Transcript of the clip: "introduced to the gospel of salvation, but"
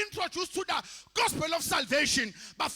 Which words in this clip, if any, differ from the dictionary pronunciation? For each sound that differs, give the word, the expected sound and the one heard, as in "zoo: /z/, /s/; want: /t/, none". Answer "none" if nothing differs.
of: /v/, /f/